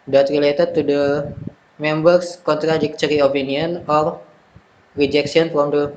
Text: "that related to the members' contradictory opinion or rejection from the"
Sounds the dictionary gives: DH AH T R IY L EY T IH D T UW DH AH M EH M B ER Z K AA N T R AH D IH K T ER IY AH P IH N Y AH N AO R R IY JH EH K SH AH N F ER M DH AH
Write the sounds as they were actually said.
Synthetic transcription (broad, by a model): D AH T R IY L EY T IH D T UW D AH M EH M B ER S K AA N T R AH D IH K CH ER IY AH P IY N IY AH N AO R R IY JH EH K S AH N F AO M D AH